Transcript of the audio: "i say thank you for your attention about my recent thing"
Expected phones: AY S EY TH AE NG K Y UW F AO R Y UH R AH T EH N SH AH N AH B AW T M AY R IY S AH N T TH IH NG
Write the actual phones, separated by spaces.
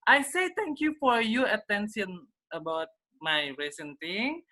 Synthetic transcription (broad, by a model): AY S EY T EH NG K Y UW F AO R Y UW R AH T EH N S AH N AH B AW T M AY R IY S AH N T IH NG